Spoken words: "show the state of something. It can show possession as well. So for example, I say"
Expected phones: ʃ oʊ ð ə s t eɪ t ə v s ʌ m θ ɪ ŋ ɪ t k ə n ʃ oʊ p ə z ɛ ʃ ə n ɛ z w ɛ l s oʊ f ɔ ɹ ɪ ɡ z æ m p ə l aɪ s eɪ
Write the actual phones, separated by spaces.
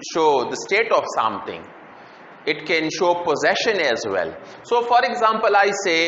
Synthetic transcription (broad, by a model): ʃ oʊ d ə s t eɪ t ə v s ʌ m t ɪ ŋ ɪ t k ə n ʃ oʊ p ə z ɛ ʃ ə n ɛ z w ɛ l s oʊ f ɔ ɹ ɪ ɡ z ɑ m p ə l aɪ s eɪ